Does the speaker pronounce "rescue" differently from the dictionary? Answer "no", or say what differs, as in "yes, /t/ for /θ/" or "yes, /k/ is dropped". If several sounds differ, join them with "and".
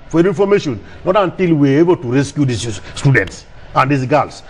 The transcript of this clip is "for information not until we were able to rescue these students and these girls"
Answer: no